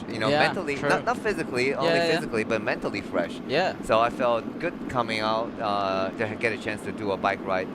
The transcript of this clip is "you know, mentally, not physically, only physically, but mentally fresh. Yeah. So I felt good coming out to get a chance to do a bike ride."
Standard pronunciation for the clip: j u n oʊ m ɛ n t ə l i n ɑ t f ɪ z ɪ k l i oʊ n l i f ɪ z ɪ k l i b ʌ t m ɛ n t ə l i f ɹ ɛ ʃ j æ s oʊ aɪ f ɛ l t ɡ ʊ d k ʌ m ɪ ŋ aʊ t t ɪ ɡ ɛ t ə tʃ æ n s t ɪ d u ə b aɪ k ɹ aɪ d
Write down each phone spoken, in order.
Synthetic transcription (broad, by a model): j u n oʊ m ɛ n t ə l i n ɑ t f ɪ z ɪ k l i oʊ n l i f ɪ z ɪ k l i b ʌ t m ɛ n t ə l i f ɹ ɛ ʃ j æ s oʊ aɪ f ɛ l t ɡ ʊ d k ʌ m ɪ ŋ aʊ t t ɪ ɡ ɛ t ə tʃ æ n s t ɪ d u ə b aɪ k ɹ aɪ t